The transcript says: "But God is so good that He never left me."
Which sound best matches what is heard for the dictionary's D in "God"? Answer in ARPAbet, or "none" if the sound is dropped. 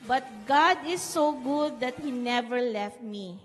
D